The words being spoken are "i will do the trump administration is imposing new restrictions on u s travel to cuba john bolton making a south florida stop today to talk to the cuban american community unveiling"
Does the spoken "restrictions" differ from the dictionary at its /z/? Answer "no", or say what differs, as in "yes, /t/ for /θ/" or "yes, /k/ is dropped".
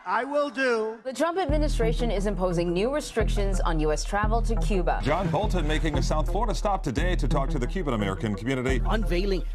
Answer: no